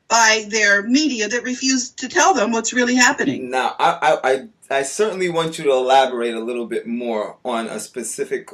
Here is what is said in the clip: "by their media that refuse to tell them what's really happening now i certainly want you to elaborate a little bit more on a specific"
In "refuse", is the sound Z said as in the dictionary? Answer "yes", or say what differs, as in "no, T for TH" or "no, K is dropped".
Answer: yes